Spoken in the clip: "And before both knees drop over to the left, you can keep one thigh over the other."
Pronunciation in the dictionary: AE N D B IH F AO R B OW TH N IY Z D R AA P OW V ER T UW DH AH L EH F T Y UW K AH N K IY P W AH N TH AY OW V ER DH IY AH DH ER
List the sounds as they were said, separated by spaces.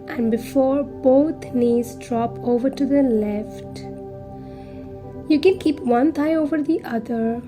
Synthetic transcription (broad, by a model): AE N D B IH F AO R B OW T N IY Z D R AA P OW V ER T UW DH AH L EH F T Y UW K AH N K IY P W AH N T AY OW V ER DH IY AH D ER